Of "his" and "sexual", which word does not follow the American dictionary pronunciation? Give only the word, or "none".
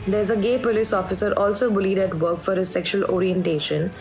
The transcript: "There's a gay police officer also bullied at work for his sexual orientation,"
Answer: none